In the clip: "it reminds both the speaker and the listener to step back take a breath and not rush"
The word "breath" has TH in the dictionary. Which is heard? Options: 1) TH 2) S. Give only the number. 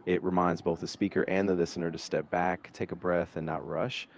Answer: 1